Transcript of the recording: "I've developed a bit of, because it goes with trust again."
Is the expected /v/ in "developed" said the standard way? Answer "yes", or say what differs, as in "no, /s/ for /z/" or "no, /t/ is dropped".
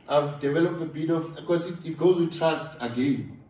yes